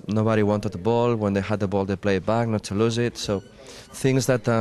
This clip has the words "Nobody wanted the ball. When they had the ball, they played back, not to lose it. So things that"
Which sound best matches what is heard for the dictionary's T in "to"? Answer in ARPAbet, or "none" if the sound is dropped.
T